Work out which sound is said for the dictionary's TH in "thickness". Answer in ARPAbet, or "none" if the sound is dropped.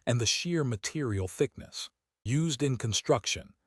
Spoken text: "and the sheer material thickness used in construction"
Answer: TH